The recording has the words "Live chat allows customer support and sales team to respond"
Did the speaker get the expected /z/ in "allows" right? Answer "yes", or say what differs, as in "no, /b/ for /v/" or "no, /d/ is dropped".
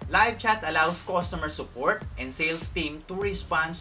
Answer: no, /s/ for /z/